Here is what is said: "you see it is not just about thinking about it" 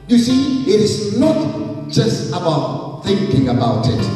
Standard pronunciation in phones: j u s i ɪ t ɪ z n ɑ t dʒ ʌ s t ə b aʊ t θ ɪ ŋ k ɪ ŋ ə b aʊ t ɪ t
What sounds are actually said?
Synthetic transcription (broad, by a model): j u s i ɪ t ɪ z n ɑ t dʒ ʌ s t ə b aʊ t θ ɪ ŋ k ɪ ŋ ə b aʊ t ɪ t